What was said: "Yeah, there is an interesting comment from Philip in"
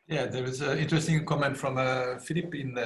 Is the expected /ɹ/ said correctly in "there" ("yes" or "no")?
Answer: no